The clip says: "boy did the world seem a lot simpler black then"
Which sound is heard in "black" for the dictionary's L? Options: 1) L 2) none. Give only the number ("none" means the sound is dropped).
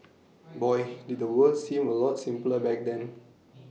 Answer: 2